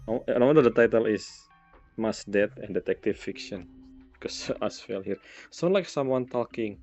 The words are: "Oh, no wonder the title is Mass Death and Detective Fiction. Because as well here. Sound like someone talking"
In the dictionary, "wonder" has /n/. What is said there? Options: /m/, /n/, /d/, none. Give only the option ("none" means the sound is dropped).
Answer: none